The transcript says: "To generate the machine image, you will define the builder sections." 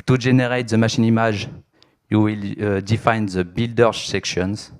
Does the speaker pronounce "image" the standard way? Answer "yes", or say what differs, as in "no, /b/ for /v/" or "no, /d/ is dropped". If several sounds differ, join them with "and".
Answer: no, /ʒ/ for /dʒ/